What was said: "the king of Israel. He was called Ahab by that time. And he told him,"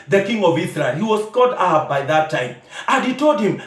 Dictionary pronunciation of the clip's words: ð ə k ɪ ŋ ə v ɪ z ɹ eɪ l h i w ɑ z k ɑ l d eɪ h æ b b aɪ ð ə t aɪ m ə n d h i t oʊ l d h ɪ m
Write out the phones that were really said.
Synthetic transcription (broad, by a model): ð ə k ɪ ŋ ə v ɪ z ɹ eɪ l h i w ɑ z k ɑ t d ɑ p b b aɪ ð ə t aɪ m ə n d h i t oʊ l d h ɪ m